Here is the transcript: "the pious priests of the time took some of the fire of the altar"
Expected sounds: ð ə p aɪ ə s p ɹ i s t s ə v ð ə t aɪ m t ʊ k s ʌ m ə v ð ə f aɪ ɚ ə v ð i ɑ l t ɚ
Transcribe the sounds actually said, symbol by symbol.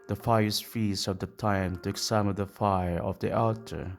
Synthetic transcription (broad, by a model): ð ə f aɪ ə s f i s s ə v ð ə t aɪ m t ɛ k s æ m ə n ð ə f aɪ ɚ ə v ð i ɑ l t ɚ